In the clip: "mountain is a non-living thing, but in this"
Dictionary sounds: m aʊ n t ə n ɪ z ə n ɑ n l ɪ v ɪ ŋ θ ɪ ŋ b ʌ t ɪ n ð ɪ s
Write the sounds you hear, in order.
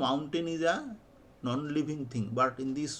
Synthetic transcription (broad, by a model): m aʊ n t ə n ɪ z ə n ɑ n l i b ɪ ŋ t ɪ ŋ b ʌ t ɪ n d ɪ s